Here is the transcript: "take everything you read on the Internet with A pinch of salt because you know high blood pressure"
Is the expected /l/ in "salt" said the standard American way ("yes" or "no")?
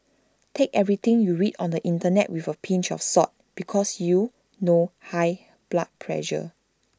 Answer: no